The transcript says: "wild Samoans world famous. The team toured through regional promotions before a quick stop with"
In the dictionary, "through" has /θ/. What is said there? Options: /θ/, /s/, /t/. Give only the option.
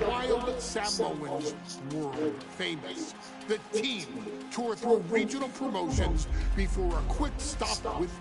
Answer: /θ/